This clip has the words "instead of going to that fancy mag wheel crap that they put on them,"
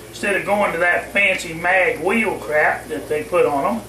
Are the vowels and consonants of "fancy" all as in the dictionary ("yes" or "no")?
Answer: yes